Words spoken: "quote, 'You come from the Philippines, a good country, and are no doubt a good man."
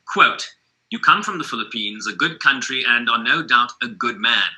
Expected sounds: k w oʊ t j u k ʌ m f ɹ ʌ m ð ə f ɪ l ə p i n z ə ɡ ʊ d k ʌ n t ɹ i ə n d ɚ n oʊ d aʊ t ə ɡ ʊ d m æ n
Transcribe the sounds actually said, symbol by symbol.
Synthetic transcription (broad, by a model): k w oʊ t j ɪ k ʌ m f ɹ ʌ m ð ə f ɪ l ə p i n z ə ɡ ʊ d k ʌ n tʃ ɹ i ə n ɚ n oʊ d aʊ t ə ɡ ʊ d m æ n